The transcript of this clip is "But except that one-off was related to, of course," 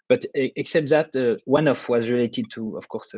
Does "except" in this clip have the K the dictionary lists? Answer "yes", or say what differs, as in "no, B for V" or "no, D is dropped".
yes